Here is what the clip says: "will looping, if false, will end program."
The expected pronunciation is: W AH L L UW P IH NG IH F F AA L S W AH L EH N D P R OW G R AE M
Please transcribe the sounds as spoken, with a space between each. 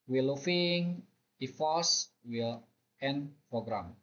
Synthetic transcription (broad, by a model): W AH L L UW F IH NG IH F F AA S W AH L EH N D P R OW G R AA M